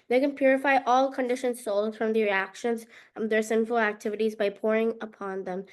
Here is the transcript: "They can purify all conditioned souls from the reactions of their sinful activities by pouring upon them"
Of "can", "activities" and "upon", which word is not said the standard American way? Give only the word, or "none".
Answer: none